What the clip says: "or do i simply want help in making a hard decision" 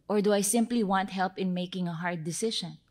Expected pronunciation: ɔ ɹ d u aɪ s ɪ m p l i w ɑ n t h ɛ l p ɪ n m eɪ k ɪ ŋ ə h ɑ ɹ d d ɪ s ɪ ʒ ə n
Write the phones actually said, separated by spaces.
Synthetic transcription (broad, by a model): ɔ ɹ d u aɪ s ɪ m p l i w ɑ n t h ɛ l p ɪ n m eɪ k ɪ ŋ ə h ɑ ɹ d d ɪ s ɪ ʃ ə n